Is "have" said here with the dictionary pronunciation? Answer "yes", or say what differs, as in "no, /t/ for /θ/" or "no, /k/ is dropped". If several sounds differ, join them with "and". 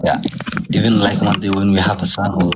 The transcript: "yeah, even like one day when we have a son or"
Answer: no, /p/ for /v/